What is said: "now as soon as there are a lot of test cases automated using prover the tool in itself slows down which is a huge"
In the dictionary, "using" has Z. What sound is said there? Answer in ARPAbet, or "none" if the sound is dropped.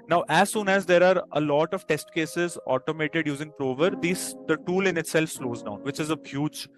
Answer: Z